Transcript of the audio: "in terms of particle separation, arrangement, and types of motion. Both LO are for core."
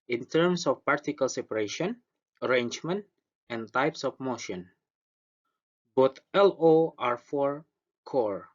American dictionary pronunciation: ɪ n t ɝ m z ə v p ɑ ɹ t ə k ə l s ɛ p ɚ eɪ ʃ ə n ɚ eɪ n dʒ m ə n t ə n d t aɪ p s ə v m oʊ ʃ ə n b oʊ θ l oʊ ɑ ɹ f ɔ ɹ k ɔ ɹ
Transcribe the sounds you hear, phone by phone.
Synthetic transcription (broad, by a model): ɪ n t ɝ m s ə f p ɑ ɹ t ə k ə l s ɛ p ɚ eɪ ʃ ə n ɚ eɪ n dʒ m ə n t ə n t aɪ p s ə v m oʊ ʃ ə n b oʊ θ l oʊ ɑ ɹ f ɔ ɹ k ɔ ɹ